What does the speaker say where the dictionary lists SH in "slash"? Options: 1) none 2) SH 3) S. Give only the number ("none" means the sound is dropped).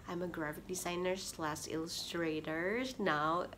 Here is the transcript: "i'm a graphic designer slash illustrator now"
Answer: 3